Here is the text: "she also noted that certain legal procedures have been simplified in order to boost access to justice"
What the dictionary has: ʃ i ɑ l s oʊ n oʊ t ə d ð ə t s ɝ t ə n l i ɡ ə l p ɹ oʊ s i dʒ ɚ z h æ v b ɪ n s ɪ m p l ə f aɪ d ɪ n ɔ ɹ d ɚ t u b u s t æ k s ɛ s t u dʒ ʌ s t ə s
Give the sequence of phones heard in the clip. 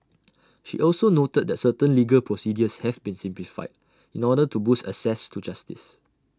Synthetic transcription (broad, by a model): ʃ i ɑ l s oʊ n oʊ t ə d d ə t s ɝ t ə n l i ɡ ə l p ɹ oʊ s i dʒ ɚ s h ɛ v b ɪ n s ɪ m p l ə f aɪ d ɪ n ɔ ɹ d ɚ t u b u s t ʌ s ɛ s t u dʒ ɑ s t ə s